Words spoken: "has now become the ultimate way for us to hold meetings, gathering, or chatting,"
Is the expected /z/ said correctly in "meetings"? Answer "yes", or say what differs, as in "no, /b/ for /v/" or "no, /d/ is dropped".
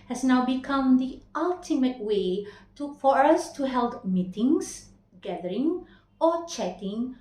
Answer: no, /s/ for /z/